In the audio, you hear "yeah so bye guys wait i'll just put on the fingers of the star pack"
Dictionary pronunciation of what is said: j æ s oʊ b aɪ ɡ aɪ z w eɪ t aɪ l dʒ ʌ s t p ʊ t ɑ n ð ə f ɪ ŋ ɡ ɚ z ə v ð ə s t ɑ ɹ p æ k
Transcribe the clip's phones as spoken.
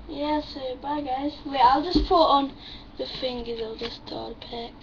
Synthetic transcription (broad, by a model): j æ s oʊ b aɪ ɡ aɪ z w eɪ aɪ l dʒ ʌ s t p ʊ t ɑ n ð ə f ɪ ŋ ɡ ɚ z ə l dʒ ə s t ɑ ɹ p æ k